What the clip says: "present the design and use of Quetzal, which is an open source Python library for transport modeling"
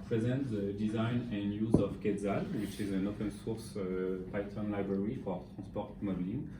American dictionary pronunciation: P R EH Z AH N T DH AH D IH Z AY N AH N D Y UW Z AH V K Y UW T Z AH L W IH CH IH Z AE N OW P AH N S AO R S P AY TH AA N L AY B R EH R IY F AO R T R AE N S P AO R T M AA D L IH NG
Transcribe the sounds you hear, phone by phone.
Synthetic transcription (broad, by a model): P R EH Z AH N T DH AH D IH Z AY N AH N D Y UW Z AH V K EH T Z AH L W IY CH IH Z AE N OW P AH N S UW R S P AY T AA N L AY B R EH R IY F AO R T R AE S P AO R T M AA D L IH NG